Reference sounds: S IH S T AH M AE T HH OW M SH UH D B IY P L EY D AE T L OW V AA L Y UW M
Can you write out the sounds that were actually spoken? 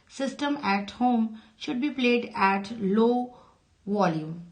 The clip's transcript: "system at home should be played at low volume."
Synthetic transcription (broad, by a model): S IH S T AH M AE T HH OW M SH UH D B IY P L EY D AE T L OW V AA L Y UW M